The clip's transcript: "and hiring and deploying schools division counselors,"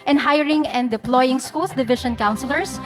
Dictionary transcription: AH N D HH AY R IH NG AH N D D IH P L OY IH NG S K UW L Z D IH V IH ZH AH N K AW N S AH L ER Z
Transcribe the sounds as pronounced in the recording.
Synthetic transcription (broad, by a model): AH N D HH AY R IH NG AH N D D IH P L OY IH NG S K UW L S D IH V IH SH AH N K AW N S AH L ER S